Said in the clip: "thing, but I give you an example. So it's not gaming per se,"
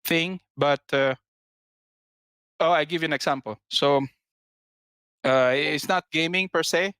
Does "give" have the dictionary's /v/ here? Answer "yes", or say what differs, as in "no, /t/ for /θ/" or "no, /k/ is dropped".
yes